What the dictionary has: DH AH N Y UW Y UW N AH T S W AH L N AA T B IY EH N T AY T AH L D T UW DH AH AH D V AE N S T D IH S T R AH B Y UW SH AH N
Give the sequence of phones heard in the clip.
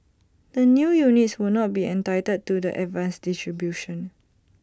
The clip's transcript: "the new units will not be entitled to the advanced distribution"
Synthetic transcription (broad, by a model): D AH N Y UW Y UW N AH T S W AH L N AA T B IY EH N T AY T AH D T UW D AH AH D V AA N S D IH S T R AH B Y UW SH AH N